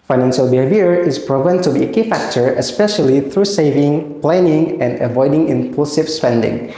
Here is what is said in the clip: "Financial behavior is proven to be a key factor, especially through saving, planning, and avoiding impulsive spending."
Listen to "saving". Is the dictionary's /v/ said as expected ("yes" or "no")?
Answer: yes